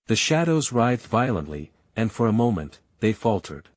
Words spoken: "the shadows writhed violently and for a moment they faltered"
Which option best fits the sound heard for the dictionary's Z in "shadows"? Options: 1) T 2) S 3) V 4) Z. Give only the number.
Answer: 4